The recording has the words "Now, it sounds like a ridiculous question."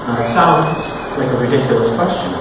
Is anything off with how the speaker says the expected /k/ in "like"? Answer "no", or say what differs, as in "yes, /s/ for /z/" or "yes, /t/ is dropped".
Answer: no